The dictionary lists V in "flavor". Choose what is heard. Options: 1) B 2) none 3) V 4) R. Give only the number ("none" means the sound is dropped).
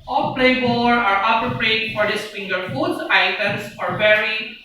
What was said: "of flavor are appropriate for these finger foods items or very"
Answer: 1